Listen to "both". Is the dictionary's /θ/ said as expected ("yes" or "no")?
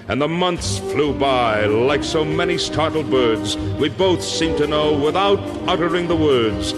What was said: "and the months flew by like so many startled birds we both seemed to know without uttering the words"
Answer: yes